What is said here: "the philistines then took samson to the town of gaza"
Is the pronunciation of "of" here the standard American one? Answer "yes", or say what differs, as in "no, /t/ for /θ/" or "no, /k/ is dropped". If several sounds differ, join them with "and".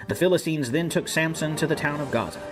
yes